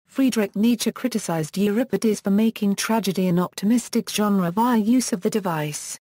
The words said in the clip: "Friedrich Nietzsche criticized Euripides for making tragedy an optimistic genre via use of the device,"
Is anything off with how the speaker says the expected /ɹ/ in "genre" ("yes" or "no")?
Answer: no